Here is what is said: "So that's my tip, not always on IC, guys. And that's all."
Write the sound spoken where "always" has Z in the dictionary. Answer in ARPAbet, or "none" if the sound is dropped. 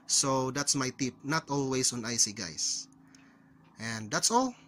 S